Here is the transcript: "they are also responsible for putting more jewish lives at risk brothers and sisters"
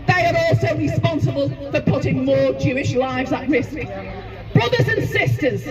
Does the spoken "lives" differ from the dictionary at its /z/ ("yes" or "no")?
no